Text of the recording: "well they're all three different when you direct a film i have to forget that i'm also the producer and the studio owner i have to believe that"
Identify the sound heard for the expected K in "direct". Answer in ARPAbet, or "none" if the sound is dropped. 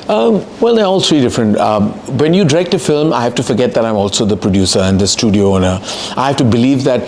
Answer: K